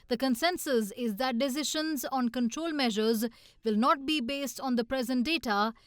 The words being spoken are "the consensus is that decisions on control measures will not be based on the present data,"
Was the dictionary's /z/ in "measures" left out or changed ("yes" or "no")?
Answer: no